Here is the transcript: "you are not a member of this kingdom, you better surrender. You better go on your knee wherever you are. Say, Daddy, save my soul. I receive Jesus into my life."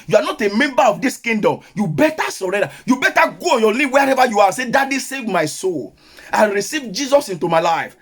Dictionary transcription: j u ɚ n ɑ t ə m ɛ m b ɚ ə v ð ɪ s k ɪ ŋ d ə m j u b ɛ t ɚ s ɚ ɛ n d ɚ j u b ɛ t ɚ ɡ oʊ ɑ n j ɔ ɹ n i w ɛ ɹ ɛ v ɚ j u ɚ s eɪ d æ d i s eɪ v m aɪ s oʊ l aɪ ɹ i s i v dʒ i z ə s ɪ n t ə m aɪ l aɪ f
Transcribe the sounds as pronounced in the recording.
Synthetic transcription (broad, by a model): j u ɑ n ɑ t ə m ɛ m b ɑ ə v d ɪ s k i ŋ d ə m j u b ɛ t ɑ s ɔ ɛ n d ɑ j u b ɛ t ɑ ɡ oʊ ɑ n j ɔ n i w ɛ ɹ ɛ v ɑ j u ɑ s eɪ d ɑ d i s eɪ v m aɪ s oʊ l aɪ ɹ i s i v dʒ i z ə s ɪ n t ə m aɪ l aɪ f